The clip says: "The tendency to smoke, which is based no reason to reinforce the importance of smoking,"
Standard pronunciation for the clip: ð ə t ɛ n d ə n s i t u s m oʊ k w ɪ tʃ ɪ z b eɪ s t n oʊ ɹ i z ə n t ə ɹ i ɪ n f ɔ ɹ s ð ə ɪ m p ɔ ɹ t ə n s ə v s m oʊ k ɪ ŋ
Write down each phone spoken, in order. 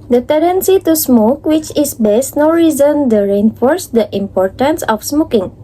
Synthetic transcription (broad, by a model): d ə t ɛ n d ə n s i t u s m oʊ k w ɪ tʃ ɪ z b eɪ s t n oʊ ɹ i z ə n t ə ɹ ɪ n f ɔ ɹ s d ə ɪ m p ɔ ɹ t ə n s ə f s m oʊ k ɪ ŋ